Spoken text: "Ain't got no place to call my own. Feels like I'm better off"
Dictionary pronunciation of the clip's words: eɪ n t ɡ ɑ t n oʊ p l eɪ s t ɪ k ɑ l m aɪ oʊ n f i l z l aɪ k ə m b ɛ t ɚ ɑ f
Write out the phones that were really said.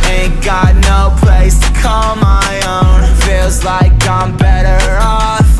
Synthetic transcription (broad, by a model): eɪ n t ɡ ɑ t n oʊ p l eɪ s t ɪ k ɑ l m aɪ oʊ n f i l z l aɪ k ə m b ɛ t ɚ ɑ